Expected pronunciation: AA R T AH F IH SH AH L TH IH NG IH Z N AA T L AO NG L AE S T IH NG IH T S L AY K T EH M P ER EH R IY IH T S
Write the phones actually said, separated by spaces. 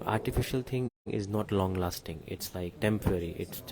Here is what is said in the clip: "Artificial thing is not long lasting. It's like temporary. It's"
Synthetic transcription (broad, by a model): AA R T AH F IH SH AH L T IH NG IH Z N AA T L AO NG L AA S T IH NG IH T S L AY K T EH M P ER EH R IY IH T S